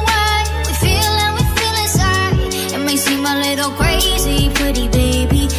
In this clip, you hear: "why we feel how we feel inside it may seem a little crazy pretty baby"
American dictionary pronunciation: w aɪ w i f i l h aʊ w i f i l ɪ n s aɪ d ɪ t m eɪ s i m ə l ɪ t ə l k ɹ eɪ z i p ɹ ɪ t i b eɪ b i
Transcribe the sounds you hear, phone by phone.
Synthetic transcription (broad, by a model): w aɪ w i f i l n w i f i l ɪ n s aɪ ɪ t m eɪ s i m ə l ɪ t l k ɹ eɪ z i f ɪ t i b eɪ b i